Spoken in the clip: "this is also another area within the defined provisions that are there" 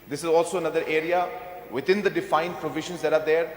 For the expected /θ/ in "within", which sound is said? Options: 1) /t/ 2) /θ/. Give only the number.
1